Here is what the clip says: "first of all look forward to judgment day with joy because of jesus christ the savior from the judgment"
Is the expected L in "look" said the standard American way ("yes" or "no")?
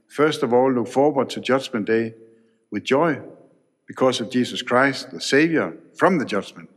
yes